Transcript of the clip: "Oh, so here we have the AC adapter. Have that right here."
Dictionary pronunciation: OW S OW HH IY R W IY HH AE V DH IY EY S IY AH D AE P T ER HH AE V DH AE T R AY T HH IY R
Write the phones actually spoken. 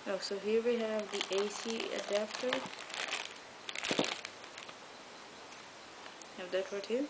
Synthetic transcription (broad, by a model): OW S OW HH IY R W IY HH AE V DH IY EY S IY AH D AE P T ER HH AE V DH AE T W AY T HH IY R